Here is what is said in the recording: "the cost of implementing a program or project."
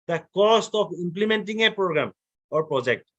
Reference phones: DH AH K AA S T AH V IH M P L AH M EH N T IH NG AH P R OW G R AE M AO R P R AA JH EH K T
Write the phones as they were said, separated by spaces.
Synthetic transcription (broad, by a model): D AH K AA S T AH P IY M P L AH M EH N T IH NG AH P R OW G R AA M AO R P R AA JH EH K T